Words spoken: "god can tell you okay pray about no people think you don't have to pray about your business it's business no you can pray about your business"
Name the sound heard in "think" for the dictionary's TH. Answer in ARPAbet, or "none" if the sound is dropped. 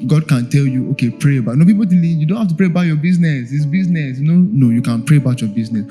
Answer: T